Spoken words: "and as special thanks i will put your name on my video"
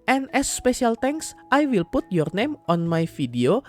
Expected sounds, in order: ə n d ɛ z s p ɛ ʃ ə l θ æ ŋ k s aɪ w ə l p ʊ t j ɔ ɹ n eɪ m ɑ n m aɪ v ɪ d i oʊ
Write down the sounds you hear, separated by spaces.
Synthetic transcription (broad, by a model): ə n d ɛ s p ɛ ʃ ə l t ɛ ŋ k s aɪ w ə l p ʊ t j ɔ ɹ n eɪ m ɑ n m aɪ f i d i oʊ